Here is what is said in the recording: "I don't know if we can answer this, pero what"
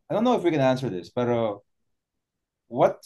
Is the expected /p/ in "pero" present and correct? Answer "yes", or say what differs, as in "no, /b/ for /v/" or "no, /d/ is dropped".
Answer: no, /b/ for /p/